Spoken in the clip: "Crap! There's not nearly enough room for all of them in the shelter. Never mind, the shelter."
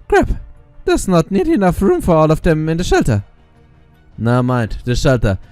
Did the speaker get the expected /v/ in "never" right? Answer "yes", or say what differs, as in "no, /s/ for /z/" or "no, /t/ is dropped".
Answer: no, /v/ is dropped